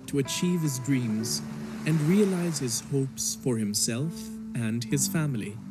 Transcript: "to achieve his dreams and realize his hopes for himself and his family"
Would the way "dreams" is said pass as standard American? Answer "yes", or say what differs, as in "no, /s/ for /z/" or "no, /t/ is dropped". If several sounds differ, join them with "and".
yes